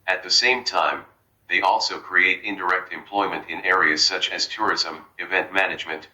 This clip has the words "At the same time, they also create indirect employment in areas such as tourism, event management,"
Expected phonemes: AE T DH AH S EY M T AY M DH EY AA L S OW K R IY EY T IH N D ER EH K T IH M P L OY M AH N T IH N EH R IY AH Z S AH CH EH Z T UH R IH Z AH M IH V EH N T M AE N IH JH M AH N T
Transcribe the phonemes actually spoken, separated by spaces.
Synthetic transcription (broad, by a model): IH T DH AH S EY M T AY M DH EY AA L S OW K R IY EY T IH N D ER EH K T IH M P L OY M AH N T IH N EH R IY AH Z S AH CH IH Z T UH R IH Z AH M IH V EH N T M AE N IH JH M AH N T